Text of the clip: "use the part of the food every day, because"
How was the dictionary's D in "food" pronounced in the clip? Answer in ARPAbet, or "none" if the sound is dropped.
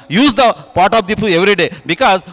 none